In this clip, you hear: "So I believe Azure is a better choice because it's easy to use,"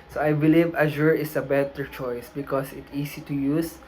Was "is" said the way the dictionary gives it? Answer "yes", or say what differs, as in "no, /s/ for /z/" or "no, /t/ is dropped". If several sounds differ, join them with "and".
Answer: no, /s/ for /z/